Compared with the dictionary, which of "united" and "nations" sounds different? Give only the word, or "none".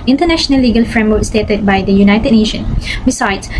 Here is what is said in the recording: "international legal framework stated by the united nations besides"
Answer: nations